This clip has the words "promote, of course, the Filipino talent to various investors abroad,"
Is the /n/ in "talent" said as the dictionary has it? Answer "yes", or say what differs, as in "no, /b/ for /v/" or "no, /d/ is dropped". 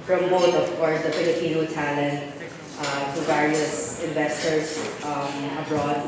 yes